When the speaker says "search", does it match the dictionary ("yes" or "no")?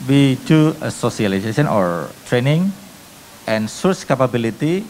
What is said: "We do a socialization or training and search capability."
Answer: no